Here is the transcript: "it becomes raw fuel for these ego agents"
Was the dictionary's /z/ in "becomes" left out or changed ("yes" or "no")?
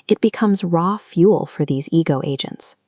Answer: no